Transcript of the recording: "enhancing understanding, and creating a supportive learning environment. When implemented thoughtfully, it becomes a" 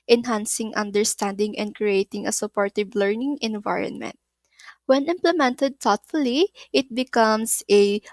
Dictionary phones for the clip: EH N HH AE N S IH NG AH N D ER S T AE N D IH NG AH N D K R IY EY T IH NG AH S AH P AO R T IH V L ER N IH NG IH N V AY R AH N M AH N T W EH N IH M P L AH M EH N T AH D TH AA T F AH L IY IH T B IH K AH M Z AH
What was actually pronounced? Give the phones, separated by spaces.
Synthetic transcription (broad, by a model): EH N HH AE N S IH NG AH N D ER S T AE N D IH NG AH N D K R IY EY T IH NG AH S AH P AO R T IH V L ER N IH NG IH N V AY R AH N M AH N T W EH N IH M P L AH M EH N T AH D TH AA T F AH L IY IH T B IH K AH M S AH